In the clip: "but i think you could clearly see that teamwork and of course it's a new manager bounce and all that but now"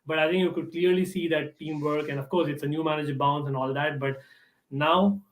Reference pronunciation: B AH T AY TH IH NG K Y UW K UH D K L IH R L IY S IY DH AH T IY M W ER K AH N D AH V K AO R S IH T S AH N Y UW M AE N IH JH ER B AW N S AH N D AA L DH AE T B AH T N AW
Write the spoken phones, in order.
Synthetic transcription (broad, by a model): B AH T AY T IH NG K Y UW K UH D K L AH R L IY S IY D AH T IY M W ER K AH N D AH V K AO R S IH T S AH N Y UW M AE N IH JH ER B AW N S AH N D AA L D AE T B AH T N AW